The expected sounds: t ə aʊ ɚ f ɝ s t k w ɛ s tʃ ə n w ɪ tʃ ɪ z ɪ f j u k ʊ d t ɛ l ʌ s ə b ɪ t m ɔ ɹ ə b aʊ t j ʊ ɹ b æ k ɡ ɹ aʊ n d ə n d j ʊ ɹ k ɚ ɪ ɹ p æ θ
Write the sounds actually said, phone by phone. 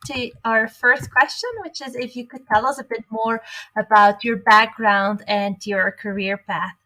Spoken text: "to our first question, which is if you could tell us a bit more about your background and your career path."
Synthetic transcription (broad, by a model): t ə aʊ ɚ f ɝ s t k w ɛ s tʃ ə n w ɪ tʃ ɪ z ɪ f j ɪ k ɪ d t ɛ l ʌ s ə b ɪ t m ɔ ɹ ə b aʊ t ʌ ɹ b æ k ɡ ɹ aʊ n d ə n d j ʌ ɹ k ɚ ɪ ɹ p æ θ